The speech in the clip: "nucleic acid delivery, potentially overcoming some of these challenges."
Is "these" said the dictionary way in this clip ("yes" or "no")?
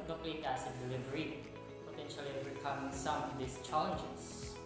no